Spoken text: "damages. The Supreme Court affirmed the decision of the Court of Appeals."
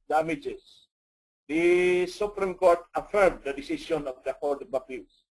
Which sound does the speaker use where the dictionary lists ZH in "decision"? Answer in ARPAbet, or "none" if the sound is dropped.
S